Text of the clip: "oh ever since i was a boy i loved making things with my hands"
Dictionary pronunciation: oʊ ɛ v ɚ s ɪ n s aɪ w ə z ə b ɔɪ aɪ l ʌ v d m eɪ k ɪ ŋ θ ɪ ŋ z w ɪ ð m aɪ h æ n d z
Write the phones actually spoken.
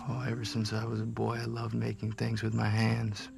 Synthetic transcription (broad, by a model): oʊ ɛ v ɚ s ɪ n s aɪ w ə z ə b ɔɪ aɪ l ʌ v d m eɪ k ɪ ŋ θ ɪ ŋ z w ɪ ð m aɪ h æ n d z